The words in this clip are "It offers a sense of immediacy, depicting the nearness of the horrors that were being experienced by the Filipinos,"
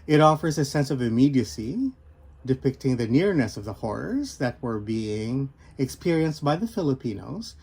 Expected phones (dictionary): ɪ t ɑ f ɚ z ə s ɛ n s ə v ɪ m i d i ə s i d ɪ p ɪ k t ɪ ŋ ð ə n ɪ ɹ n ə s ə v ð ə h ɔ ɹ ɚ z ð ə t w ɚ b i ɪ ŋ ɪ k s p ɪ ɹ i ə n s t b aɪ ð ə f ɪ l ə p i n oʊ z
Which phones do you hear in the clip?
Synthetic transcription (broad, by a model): ɪ t ɑ f ɚ z ə s ɛ n s ə v ɪ m i d i ə s i d ɪ p ɪ k t ɪ ŋ ð ə n ɪ ɹ n ə s ə v ð ə h ɔ ɹ ɚ z ð ə t w ɚ b i ɪ ŋ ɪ k s p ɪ ɹ i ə n s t b aɪ ð ə f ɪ l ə p i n oʊ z